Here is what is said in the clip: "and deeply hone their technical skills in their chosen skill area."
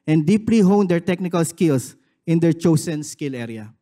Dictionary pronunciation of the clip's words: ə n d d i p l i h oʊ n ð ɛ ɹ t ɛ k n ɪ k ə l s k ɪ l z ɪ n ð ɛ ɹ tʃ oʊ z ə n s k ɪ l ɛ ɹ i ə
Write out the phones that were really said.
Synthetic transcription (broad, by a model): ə n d d i p l i h oʊ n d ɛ ɹ t ɛ k n ɪ k ə l s k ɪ l s ɪ n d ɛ ɹ tʃ oʊ s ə n s k ɪ l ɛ ɹ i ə